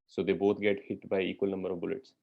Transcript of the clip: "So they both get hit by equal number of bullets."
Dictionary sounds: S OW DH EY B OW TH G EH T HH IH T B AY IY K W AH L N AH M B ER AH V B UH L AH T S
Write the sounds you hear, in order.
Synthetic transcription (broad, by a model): S OW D EY B OW T G EH T HH IH T B AY IY K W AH L N AH M B ER AH V B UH L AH T S